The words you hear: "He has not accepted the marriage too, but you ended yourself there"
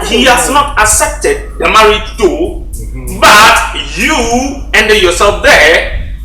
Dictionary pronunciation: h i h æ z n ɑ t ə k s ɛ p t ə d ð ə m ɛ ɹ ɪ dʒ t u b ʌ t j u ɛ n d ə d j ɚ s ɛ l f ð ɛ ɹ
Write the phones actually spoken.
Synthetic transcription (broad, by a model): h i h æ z n ɑ t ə s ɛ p t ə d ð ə m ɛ ɹ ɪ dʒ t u b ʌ t j u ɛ n d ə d j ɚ s ɛ l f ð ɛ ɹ